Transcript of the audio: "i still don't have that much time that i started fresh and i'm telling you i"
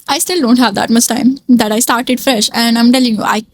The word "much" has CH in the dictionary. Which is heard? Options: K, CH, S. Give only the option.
S